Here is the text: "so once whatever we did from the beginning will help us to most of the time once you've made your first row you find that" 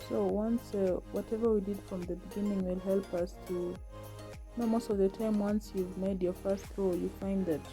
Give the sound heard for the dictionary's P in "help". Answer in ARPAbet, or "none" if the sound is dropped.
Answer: P